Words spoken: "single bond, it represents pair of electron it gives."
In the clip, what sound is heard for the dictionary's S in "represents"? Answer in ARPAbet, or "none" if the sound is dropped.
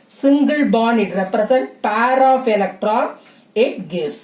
none